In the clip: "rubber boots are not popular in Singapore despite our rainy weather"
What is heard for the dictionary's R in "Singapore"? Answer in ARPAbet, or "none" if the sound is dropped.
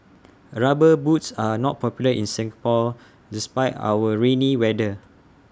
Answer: L